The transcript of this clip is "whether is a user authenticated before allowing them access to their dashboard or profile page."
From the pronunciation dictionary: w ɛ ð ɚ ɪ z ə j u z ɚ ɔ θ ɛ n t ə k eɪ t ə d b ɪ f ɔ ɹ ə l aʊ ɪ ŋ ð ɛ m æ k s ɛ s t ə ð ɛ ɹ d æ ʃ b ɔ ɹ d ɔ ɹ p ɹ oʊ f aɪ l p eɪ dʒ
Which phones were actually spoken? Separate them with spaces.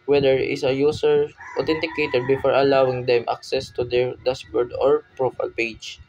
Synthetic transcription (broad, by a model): w ɛ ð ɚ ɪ s ə j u s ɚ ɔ t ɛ n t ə k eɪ t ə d b ɪ f ɔ ɹ ə l aʊ ɪ ŋ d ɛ m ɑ k s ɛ s t ə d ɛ ɹ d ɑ s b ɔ ɹ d ɔ ɹ p ɹ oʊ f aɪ l p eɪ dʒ